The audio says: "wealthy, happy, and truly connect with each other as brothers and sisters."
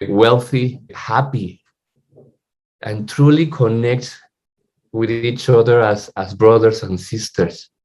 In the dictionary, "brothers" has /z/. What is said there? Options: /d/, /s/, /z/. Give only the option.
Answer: /s/